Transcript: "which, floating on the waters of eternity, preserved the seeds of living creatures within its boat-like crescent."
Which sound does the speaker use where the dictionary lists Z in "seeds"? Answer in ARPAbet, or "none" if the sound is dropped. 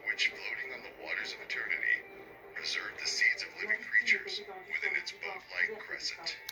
Z